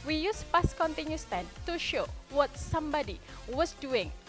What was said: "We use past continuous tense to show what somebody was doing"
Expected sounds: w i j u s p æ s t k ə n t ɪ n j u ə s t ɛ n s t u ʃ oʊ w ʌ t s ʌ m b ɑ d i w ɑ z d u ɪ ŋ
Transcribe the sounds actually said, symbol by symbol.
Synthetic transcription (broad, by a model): w i j u s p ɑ s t k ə n t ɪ n j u s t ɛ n t u ʃ oʊ w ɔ t s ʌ m b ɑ d i w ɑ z d u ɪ ŋ